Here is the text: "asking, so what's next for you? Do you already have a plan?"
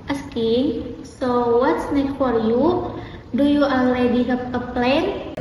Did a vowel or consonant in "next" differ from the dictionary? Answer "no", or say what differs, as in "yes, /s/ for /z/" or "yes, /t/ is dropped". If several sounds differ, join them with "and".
yes, /s/ is dropped